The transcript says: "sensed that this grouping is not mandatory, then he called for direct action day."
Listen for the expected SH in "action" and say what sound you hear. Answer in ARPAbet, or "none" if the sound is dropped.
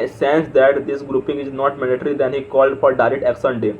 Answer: S